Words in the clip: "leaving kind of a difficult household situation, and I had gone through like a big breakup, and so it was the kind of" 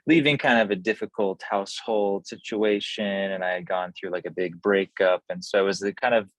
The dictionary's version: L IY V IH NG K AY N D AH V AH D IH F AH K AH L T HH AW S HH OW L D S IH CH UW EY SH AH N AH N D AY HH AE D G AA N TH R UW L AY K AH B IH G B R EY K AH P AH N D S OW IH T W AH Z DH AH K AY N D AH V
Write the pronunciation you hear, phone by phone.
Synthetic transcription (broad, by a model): L IY V IH NG K AY N D AH V AH D IH F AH K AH L T HH AW S HH OW L D S IH CH UW EY SH AH N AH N AY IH D G AA N TH R UW L AY K AH B IH G B R EY K AH P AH N S OW IH T W AH Z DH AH K AY N D AH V